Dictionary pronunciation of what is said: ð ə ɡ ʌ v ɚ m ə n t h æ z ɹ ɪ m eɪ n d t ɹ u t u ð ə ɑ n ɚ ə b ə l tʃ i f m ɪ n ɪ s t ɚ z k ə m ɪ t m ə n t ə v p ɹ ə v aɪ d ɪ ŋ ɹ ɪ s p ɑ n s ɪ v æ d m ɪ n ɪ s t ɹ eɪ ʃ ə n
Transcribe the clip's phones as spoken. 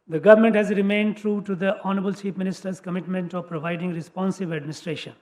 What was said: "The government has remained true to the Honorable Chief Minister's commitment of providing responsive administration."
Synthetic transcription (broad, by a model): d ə ɡ ʌ v ɚ m ə n t h æ z ɹ ɪ m eɪ n d t ɹ u t u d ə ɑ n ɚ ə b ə l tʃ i p m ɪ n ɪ s t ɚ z k ə m ɪ t m ə n t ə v p ɹ ə v aɪ d ɪ ŋ ɹ ɪ s p ɑ n s ɪ v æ d m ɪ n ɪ s t ɹ eɪ ʃ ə n